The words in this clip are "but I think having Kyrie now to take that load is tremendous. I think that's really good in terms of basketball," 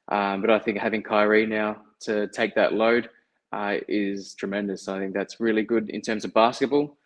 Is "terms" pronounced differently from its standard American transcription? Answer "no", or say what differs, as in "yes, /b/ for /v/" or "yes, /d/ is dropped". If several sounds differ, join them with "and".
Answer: no